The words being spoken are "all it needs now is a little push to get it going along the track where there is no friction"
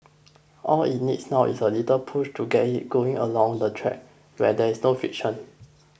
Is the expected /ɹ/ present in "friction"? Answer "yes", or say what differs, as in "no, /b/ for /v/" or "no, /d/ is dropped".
no, /ɹ/ is dropped